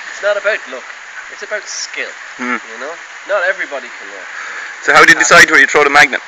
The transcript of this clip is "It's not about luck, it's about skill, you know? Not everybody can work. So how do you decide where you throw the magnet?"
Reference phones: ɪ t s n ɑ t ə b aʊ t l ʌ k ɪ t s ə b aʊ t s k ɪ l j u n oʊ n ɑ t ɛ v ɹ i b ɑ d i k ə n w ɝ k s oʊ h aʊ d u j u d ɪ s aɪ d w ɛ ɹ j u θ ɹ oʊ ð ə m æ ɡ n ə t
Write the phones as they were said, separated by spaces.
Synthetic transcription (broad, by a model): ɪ t s n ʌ t ə b aʊ t l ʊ k ɪ t s ə b aʊ t s k ɪ l j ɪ n oʊ n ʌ t ɛ v ɹ i b ɑ d i k ə n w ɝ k s oʊ h aʊ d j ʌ d ɪ s aɪ d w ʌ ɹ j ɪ t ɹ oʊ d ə m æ ɡ n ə t